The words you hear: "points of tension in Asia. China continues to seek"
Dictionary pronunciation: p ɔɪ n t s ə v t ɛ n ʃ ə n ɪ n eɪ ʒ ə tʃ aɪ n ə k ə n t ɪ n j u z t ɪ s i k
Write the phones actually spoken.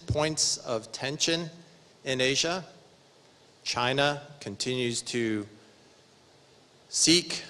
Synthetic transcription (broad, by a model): p ɔɪ n t s ə v t ɛ n ʃ ə n ɪ n eɪ ʒ ə tʃ aɪ n ə k ə n t ɪ n j u z t ɪ s i k